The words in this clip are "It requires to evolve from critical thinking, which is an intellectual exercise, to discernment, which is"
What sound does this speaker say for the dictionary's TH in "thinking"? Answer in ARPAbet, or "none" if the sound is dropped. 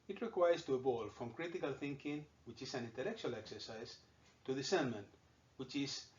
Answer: TH